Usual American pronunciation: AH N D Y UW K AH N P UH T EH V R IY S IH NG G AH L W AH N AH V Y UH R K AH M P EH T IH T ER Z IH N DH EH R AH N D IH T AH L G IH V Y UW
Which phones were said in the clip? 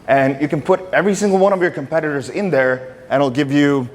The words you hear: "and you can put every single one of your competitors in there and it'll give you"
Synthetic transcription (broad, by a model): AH N Y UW K AH N P UH T EH V R IY S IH NG G L W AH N AH V Y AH R K AH M P EH T IH T ER Z IH N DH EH R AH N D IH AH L G IH V Y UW